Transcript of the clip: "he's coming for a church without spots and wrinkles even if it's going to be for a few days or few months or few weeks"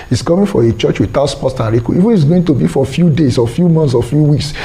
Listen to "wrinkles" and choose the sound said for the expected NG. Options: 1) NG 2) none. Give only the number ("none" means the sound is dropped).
2